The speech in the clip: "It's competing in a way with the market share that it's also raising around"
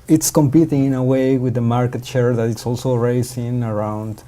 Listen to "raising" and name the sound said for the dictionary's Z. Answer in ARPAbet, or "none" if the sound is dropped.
S